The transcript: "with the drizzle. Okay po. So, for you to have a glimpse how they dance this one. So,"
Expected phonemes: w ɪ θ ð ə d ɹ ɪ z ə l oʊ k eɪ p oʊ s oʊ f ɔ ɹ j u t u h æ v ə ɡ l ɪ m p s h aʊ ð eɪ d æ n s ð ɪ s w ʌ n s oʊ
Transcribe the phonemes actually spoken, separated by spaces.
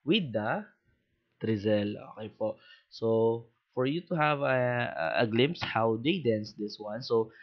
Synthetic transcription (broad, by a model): w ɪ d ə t ɹ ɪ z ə l oʊ k eɪ p oʊ s oʊ f ɔ ɹ j u t u h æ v ə ɡ l ɪ m p s h aʊ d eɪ d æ n s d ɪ s w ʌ n s oʊ